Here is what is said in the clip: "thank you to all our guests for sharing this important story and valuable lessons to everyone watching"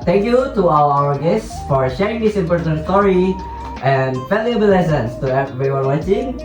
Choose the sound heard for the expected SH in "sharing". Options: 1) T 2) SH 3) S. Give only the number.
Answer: 2